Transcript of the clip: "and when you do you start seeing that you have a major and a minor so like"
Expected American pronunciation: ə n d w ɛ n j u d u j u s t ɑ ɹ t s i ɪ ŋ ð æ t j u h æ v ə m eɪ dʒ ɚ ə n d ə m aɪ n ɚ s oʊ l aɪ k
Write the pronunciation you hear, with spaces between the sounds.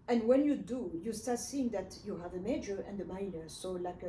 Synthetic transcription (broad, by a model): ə n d w ɛ n j u d u j u s t ɑ ɹ t s i ɪ ŋ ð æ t j u h æ v ə m eɪ dʒ ɚ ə n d ə m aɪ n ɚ s oʊ l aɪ k